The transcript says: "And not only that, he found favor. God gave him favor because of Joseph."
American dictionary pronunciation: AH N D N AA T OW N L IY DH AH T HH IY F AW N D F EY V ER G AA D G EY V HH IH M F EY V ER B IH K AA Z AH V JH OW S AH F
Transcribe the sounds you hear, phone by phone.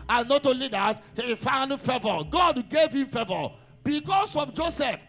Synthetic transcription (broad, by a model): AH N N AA T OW L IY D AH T HH IY F AW N D F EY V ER G AA D G EY V HH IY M F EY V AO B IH K AA S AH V JH OW S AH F